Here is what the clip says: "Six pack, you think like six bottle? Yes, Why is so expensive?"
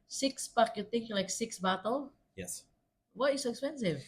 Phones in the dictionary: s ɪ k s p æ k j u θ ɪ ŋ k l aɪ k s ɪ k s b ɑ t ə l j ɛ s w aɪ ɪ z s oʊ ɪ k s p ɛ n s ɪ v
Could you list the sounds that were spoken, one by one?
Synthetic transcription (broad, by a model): s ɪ k s p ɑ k j u t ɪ ŋ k l aɪ k s ɪ k s b ɑ t ə l j ɛ s w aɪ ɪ s oʊ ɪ k s p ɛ n s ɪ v